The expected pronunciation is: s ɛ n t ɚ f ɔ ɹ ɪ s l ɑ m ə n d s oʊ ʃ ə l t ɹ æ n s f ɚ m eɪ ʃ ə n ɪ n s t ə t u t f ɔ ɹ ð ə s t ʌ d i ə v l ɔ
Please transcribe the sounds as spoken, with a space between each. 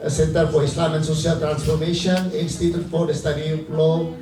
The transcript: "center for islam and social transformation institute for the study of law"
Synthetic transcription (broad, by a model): s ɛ n t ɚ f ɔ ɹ ɪ s l ɑ m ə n s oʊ s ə l t ɹ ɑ n s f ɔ m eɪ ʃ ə n ɪ n s t ə t u t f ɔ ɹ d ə s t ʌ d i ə p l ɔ